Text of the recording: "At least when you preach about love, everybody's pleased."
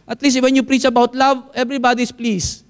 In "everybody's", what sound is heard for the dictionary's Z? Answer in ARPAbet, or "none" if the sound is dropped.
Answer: S